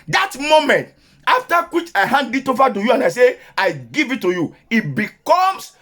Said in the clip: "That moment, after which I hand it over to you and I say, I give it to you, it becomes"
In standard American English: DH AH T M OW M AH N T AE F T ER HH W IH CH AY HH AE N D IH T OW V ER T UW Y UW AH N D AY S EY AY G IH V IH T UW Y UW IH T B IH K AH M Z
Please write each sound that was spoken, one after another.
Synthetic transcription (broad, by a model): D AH T M OW M AH N T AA F T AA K W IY CH AY HH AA N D IH T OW F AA T UW Y UW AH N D AY S EY AY G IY V IH T UW Y UW IH T B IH K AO M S